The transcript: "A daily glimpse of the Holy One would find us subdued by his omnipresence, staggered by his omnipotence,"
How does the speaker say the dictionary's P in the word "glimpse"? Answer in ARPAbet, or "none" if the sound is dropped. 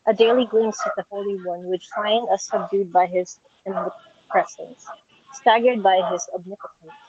none